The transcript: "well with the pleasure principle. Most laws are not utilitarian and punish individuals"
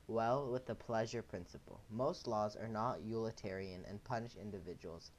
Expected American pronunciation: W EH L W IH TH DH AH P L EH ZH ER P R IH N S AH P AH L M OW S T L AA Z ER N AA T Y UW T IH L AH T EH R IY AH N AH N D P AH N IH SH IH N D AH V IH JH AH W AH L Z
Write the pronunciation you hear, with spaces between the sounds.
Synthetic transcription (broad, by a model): W EH L W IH DH AH P L EH ZH ER P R IH N S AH P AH L M OW S T L AA Z ER N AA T Y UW L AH T EH R IY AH N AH N P AH N IH SH IH N D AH V IH JH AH W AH L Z